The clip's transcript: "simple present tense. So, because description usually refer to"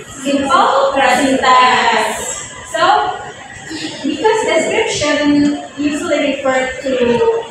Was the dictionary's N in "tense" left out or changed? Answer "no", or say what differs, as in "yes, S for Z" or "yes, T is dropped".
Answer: yes, N is dropped